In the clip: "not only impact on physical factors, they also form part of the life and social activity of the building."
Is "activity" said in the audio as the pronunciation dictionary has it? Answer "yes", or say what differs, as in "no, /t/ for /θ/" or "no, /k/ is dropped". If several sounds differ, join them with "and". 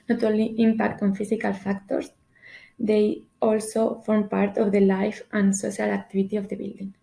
no, /b/ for /v/